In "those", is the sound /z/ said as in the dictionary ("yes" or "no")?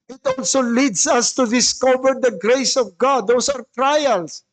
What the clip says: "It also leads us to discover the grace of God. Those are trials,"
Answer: no